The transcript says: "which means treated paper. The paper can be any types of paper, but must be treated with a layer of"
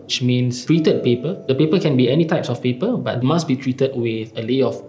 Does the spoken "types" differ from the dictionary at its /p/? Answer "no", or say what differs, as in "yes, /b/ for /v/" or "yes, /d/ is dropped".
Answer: no